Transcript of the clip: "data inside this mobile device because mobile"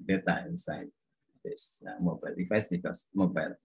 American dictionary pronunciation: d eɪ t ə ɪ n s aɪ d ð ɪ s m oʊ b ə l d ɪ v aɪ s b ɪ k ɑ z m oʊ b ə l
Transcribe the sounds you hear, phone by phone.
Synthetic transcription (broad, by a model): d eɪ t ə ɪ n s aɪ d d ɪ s m oʊ b ə l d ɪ f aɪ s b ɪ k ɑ s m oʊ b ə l